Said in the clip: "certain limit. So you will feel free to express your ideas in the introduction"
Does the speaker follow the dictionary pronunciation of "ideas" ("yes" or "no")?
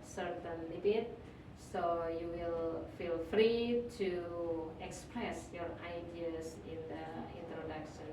no